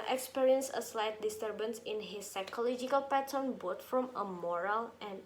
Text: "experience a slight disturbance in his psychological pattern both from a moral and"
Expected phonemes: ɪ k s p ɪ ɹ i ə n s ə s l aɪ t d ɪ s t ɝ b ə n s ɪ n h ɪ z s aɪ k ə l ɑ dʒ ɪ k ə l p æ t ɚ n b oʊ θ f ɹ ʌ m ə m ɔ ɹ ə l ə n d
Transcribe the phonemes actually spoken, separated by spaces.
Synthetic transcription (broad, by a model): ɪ k s p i ɹ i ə n s ə s l aɪ t d ɪ s t ɝ b ə n s ɪ n h ɪ z s aɪ k ə l ɑ dʒ ɪ k ə l p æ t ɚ n b oʊ t f ɹ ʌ m ə m ɔ ɹ ə l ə n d